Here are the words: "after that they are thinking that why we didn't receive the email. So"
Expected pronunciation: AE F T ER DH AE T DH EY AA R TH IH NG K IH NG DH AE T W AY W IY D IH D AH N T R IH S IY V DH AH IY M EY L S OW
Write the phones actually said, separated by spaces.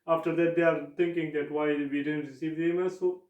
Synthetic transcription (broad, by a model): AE F T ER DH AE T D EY AA R T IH NG K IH NG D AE T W AY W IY D IH D AH N T R IH S IY V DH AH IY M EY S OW